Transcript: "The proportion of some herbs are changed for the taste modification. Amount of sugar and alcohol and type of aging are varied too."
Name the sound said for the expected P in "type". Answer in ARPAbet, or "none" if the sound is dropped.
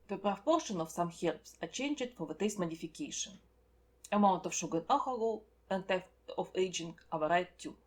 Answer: none